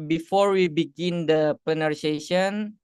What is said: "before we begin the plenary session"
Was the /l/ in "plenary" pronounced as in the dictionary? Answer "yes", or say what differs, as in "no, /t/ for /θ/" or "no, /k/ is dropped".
no, /l/ is dropped